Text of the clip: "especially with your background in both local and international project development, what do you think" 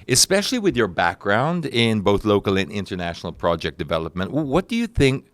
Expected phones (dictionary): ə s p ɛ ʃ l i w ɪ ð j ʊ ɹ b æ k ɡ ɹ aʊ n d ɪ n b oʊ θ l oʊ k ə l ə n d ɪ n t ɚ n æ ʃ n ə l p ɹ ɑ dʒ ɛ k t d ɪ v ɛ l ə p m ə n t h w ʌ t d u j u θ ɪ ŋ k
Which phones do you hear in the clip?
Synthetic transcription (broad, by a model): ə s p ɛ ʃ l i w ɪ ð j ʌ ɹ b æ k ɡ ɹ aʊ n d ɪ n b oʊ θ l oʊ k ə l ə n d ɪ n t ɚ n æ ʃ n l p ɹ ɑ dʒ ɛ k d ɪ v ɛ l ə p m ə n t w w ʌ t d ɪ j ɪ θ ɪ ŋ k